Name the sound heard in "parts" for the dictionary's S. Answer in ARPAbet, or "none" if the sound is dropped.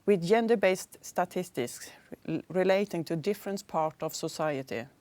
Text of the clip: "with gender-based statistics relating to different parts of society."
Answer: none